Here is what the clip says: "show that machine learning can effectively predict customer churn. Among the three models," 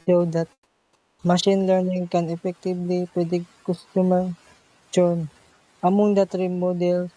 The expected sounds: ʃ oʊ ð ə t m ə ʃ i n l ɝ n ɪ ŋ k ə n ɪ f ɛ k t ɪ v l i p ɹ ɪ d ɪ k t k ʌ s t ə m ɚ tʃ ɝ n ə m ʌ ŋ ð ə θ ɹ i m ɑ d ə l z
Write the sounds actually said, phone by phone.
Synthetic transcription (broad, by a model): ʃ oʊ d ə t m ə ʃ i n l ɝ n ɪ ŋ k ə n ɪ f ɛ k t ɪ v l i p w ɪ d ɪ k k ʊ s t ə m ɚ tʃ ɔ n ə m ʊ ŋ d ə t ɹ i m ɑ d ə l